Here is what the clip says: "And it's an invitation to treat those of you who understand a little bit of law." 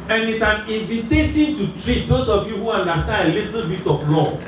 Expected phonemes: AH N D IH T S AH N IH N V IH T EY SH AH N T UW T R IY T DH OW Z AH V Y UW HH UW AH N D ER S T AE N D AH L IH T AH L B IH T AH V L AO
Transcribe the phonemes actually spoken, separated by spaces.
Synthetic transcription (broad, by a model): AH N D IH T S AH N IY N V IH T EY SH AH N T UW T R IY T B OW S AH F Y UW HH UW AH N D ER S T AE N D AH L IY T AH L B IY T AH F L AO